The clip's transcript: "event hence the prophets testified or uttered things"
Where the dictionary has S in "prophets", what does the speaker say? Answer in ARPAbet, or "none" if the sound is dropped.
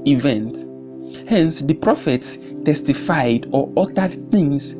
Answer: S